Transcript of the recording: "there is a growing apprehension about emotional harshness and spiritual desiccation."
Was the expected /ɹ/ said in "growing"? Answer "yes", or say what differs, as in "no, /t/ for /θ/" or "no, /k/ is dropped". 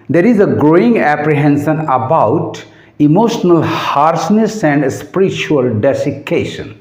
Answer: yes